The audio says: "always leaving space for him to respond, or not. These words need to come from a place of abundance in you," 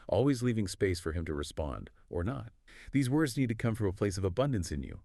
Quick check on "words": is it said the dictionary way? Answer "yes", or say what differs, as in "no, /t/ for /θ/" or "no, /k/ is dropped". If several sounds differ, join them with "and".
yes